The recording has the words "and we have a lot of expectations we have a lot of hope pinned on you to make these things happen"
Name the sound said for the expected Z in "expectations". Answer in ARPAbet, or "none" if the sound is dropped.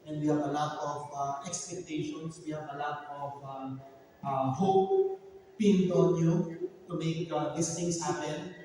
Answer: S